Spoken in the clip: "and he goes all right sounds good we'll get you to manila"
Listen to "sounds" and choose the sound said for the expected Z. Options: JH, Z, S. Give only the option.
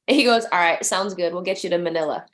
Z